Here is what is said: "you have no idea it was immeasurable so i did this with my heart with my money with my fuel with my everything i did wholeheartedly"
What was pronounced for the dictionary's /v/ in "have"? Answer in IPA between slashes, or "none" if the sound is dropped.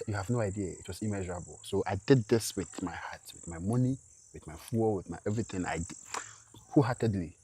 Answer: /v/